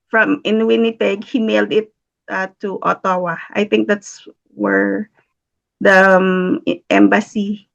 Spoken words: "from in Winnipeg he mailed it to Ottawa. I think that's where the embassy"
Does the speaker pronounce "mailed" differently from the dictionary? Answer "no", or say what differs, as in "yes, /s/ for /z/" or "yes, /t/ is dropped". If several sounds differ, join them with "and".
no